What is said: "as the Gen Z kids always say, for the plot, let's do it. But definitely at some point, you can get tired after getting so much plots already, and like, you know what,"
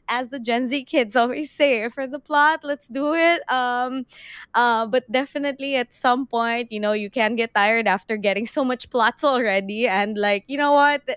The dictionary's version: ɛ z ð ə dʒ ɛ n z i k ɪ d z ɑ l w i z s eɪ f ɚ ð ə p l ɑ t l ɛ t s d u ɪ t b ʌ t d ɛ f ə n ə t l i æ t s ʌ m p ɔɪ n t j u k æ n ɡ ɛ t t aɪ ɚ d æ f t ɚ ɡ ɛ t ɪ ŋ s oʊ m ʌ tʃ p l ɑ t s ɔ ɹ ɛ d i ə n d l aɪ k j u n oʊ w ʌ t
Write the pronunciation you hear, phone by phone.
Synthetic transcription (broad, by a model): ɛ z ð ə dʒ ɛ n z i k ɪ d z ɑ l w i z s eɪ f ɚ ð ə p l ɑ t l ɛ t s d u ɪ t b ʌ t d ɛ f ə n ə t l i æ t s ʌ m p ɔɪ n t j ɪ k æ n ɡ ɛ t t aɪ ɚ d æ f t ɚ ɡ ɛ t ɪ ŋ s oʊ m ʌ tʃ p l ɑ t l ɹ ɛ d i ə n d l aɪ k j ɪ n oʊ w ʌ t